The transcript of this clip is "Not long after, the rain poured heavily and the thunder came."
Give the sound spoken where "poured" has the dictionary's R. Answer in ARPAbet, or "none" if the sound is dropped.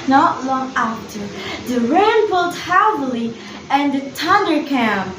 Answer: L